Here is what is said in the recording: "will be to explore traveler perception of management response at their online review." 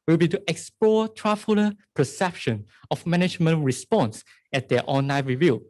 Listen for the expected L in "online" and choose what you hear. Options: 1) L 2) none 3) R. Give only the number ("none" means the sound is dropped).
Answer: 2